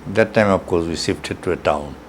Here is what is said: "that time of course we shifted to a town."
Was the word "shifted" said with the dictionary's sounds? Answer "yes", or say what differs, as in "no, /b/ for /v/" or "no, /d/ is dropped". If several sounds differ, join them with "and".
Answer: no, /s/ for /ʃ/